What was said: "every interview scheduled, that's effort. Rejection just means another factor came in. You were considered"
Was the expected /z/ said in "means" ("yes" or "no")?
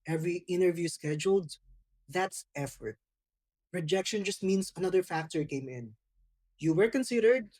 no